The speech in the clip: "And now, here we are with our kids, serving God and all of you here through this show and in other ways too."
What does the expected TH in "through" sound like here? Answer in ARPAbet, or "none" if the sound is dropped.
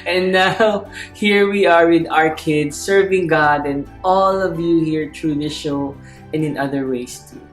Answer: T